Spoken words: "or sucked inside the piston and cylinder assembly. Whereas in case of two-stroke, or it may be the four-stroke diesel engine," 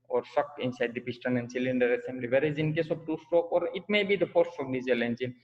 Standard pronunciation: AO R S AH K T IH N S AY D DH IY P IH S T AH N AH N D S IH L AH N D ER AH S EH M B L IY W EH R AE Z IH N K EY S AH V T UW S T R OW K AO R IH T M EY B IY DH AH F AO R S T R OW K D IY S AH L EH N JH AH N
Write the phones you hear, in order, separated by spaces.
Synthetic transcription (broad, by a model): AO R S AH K IH N S AY D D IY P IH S T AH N AH N D S IH L AH N D ER AH S EH M B L IY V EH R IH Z IH N K EY S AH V T UW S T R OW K AO R IH T M EY B IY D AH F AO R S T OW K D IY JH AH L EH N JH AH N